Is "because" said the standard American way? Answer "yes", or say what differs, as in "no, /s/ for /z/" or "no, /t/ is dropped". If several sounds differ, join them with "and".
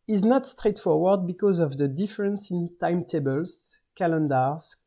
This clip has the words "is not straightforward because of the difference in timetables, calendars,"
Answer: yes